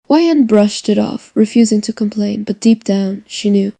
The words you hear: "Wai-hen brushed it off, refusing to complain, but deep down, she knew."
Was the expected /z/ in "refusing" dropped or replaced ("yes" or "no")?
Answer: no